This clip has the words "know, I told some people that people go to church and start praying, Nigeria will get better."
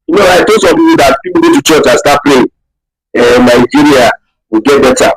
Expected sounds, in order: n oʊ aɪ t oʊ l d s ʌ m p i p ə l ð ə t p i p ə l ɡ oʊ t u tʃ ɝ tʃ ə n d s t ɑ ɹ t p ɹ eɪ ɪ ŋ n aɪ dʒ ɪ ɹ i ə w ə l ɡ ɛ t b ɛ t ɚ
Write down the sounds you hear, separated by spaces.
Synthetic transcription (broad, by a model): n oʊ aɪ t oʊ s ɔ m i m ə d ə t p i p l ɡ oʊ t u tʃ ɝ tʃ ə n s t ɑ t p l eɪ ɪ n aɪ dʒ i ɹ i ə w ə ɡ ɛ t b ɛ t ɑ